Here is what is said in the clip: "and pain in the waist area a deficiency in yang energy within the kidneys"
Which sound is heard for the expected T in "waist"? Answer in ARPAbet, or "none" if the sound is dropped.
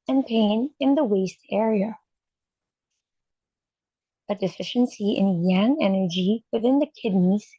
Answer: T